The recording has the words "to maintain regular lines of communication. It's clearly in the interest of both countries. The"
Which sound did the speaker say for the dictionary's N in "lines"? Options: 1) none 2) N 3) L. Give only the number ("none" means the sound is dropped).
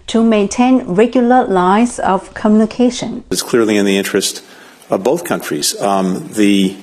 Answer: 1